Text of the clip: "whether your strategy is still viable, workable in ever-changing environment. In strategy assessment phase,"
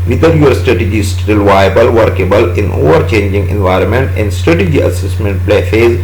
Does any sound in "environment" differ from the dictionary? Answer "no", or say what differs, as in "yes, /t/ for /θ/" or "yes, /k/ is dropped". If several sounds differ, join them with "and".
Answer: no